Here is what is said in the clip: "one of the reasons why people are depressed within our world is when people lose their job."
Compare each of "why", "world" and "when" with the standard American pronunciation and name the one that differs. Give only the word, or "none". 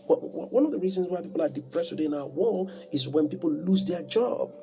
world